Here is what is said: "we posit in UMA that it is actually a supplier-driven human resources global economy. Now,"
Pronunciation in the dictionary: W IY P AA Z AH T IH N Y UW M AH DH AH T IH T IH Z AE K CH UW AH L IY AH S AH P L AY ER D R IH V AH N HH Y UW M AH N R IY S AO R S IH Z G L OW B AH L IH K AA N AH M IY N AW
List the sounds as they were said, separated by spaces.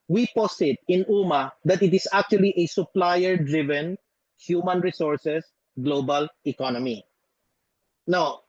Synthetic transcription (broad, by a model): W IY P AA S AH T IH N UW M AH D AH T IH T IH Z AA K CH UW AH L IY AH S AH P L AY ER D R IH V AH N HH Y UW M AH N R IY S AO R S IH S G L OW B AH L IH K AA N AH M IY N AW